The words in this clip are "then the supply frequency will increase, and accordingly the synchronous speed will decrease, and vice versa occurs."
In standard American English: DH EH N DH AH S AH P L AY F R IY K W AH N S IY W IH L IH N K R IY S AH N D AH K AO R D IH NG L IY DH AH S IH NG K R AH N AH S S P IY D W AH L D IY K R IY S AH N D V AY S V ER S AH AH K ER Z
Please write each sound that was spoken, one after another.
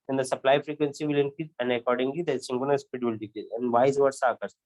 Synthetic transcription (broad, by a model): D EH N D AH S AH P L AY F R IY K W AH N S IY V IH L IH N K IY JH AH N D AH K AO R D IH NG L IY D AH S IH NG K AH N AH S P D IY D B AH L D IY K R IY AH N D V AY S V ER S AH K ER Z